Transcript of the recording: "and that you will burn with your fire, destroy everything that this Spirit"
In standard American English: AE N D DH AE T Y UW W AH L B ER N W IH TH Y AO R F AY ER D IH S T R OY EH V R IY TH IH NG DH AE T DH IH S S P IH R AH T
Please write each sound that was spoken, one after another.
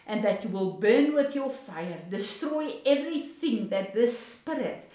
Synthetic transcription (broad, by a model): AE N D DH AE T Y UW W AH L B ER N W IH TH Y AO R F AY ER D IH S T R OY EH V R IY TH IH NG DH AE T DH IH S S P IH R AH T